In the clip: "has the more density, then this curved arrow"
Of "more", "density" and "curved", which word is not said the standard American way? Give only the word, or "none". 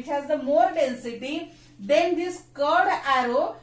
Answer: curved